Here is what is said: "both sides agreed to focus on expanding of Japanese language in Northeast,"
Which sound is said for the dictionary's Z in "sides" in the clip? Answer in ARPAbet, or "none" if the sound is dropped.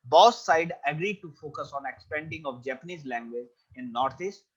none